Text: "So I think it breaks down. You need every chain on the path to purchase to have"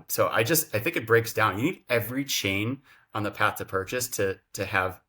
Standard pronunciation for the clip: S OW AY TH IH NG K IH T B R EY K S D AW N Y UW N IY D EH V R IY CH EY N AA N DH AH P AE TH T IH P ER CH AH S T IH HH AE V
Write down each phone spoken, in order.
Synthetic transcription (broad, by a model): S OW AY TH IH NG K IH T B R EY K S D AW N Y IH N IY D EH V R IY CH EY N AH N DH AH P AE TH T IH P ER CH AH S T IH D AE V